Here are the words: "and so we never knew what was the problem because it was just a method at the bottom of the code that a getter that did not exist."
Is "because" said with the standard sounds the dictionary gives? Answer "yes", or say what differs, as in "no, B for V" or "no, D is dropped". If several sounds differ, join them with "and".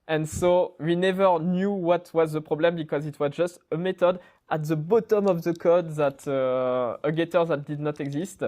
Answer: yes